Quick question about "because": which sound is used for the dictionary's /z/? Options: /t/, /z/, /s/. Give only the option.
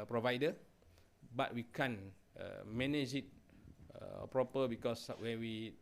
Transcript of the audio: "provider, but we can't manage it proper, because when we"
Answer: /s/